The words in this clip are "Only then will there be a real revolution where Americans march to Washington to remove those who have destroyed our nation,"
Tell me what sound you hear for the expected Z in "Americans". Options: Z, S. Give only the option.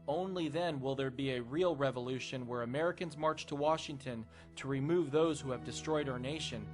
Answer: Z